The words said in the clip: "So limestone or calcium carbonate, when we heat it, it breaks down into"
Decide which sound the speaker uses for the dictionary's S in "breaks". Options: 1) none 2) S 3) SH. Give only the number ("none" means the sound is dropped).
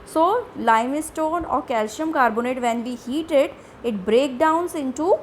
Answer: 1